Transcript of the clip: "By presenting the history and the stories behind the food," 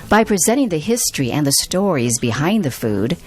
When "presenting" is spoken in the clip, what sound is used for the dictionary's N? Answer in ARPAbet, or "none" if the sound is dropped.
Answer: none